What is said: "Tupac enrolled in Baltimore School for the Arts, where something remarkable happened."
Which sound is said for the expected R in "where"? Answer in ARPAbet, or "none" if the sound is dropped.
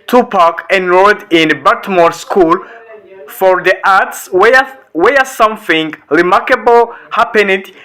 W